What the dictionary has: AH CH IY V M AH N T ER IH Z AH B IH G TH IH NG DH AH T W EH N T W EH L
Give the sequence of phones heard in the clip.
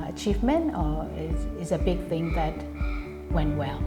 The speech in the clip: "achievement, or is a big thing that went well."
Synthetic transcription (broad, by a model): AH CH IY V M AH N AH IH IH Z AH B IH G TH IH NG DH AH T W EH N T W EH L